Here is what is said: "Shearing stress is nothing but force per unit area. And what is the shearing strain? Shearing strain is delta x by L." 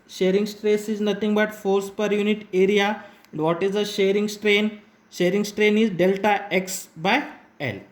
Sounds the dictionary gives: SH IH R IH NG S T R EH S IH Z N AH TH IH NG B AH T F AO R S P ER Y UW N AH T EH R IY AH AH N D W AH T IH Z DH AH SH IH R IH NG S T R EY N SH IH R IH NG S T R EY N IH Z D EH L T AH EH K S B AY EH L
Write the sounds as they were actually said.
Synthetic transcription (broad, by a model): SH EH R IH NG S T R EH S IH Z N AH T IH NG B AH T F AO R S P ER Y UW N AH T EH R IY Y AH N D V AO T IH Z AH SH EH R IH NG S T R EY N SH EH R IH NG S T R EY N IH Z D EH L T AH EH K S B AY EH L